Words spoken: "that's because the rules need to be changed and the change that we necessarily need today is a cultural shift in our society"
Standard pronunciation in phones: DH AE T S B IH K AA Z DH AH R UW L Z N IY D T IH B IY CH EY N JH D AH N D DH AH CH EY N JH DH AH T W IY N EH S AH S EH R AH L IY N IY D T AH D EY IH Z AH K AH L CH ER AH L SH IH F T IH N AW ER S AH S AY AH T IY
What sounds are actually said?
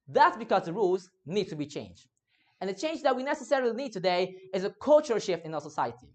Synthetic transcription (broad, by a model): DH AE T S B IH K AA Z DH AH R UW L Z N IY D T IH B IY CH EY N JH D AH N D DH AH CH EY N JH DH AH T W IY N EH S AH S EH R AH L IY N IY D T AH D EY IH Z AH K AH L CH ER AH L SH IH F T IH N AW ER S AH S AY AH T IY